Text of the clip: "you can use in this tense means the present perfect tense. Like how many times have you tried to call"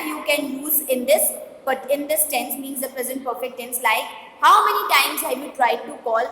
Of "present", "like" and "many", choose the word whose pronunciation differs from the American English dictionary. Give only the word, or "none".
none